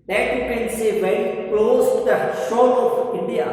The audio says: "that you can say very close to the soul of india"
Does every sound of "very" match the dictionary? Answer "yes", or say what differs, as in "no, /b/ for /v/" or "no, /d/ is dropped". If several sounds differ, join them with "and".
no, /ɹ/ is dropped